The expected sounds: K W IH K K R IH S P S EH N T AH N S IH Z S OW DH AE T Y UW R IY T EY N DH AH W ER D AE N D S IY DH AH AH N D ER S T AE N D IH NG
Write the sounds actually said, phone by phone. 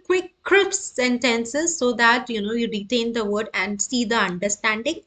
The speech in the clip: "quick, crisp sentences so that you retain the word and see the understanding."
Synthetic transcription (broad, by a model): K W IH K K R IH P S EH N T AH N S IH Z S OW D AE T Y UW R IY T EY N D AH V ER D AE N D S IY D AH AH N D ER S T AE N D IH NG